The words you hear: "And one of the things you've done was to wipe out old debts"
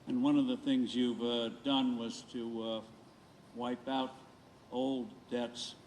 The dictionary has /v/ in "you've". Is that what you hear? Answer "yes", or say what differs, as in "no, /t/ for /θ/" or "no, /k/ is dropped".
yes